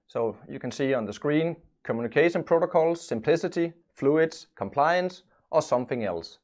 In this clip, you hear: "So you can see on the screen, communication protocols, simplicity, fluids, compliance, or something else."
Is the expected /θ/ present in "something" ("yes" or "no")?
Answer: yes